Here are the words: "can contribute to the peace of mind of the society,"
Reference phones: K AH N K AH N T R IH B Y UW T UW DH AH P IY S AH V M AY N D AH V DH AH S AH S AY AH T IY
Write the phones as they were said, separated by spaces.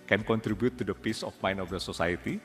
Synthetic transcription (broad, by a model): K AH N K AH N T R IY B Y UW T UW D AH P IY S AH F M AY N AH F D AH S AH S AY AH T IY